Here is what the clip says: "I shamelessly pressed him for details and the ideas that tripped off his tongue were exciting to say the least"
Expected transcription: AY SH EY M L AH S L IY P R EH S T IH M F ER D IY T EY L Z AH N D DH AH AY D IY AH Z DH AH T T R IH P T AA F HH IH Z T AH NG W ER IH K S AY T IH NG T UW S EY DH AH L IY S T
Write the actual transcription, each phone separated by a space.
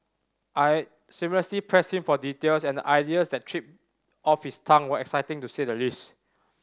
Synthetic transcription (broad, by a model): AY S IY M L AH S L IY P R EH S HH IH M F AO D IY T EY L S AH N D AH AY D IY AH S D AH T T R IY P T AA F HH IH S T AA NG W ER IH K S AY T IH NG T UW S EY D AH L IY S T